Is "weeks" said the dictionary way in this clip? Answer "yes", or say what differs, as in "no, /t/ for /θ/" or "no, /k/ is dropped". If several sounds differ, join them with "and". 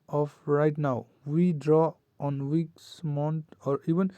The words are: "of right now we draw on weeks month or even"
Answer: yes